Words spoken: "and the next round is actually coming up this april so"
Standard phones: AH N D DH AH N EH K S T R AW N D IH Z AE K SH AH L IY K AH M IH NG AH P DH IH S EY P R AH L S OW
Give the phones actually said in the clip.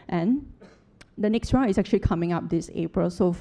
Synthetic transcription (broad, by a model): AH N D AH N EH K S T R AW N IH S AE K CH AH L IY K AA M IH NG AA P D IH S EY P R AH L S OW